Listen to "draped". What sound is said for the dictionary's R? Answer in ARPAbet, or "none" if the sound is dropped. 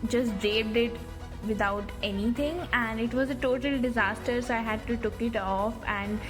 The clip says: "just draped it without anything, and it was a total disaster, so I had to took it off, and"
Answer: none